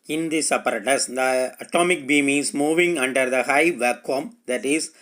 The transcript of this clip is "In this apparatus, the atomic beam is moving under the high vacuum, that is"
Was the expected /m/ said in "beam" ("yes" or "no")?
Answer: yes